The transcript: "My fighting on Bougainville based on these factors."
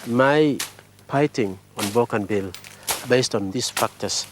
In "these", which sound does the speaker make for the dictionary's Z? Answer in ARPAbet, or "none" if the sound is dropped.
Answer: S